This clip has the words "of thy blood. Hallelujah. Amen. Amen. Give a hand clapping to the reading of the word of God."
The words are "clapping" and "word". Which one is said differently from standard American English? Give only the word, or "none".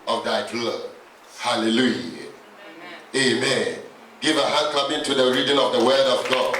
clapping